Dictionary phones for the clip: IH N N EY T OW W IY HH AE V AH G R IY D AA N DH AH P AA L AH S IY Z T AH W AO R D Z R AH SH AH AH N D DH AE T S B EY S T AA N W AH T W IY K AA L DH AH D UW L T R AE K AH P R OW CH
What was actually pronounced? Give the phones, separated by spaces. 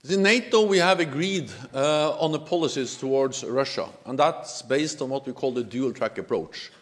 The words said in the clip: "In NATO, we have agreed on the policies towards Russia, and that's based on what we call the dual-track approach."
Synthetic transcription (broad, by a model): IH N N EY T OW W IY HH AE V AH G R IY D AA N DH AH P AA L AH S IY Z T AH W AO R D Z R AH SH AH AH N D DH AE T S B EY S T N W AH T W IY K AA L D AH D UW L T R AE K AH P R OW CH